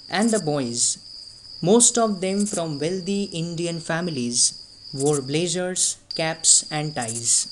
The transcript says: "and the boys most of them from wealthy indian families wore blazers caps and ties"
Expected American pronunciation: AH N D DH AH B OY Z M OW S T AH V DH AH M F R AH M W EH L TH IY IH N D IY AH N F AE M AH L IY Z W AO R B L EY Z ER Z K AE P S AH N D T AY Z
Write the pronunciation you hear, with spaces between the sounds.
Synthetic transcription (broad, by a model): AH N D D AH B OY Z M OW S T AH V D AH M F R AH M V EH L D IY IH N D IY AH N F AE M AH L IY Z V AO R B L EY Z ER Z K AE P S AH N D T AY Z